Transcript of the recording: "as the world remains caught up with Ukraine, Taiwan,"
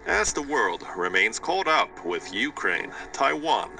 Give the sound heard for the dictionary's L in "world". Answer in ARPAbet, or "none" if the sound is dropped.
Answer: L